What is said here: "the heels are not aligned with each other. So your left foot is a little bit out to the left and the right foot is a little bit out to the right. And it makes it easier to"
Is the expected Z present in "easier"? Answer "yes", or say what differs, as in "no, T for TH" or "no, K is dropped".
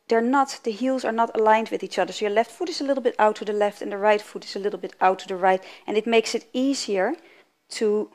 yes